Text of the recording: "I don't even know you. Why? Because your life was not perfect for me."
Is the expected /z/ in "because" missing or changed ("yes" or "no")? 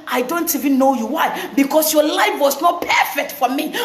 yes